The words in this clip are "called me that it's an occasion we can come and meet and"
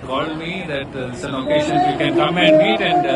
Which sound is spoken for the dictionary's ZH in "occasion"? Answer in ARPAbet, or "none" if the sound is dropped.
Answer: SH